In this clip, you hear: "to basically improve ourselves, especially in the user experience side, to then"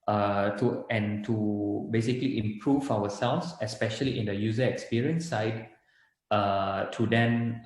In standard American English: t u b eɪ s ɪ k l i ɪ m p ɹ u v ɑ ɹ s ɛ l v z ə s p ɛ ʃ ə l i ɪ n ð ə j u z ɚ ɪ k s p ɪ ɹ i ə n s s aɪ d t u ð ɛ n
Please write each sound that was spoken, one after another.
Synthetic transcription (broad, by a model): t u b eɪ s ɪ k l i ɪ m p ɹ u v ɑ w s ɛ l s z ə s p ɛ ʃ ə l i ɪ n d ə j u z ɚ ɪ k s p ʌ ɹ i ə n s s aɪ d t u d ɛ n